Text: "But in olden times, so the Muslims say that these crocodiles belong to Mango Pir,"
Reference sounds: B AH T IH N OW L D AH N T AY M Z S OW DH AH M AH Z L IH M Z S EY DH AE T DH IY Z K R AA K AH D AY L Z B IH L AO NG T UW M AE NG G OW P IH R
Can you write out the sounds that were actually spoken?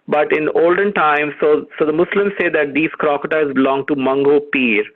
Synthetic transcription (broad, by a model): B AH T IH N OW L D AH N T AY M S S OW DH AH M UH S L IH M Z S EY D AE T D IY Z K R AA K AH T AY Z B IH L AO NG T UW M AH NG G OW P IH R